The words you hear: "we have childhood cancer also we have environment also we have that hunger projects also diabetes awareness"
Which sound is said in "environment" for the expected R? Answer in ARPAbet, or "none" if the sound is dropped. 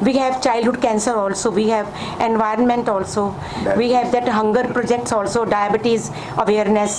R